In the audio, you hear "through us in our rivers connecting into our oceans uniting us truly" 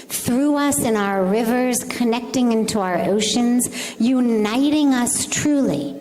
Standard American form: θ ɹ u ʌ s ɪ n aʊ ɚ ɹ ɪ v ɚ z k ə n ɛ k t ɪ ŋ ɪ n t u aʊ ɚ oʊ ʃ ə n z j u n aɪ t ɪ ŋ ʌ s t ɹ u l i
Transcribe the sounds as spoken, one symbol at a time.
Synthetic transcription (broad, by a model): θ ɹ u ʌ s ɪ n aʊ ɚ ɹ ɪ v ɚ z k ə n ɛ k t ɪ ŋ ɪ n t u aʊ ɚ oʊ ʃ ə n z j u n aɪ t ɪ ŋ ʌ s t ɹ u l i